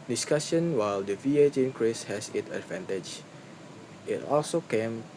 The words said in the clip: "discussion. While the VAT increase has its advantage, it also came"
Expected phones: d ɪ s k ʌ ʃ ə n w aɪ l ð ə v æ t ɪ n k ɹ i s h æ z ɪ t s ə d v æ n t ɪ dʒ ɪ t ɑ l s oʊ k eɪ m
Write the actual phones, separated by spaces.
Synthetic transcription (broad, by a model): d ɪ s k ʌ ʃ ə n w aɪ l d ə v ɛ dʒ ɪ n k ɹ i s h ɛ s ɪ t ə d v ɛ n t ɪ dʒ ɪ t ɑ l s oʊ k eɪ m